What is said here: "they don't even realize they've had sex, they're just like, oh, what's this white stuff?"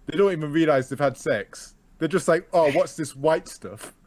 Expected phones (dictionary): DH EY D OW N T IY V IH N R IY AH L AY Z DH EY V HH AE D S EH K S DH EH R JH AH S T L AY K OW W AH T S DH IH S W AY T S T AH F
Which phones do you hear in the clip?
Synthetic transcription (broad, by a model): DH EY D OW N T IY V IH N R IY AH L AY Z DH EY V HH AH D S EH K S DH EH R JH AH S T L AY K OW W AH T S DH IH S W AY T S T AH F